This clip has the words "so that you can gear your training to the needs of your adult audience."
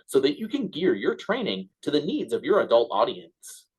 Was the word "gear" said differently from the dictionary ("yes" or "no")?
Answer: no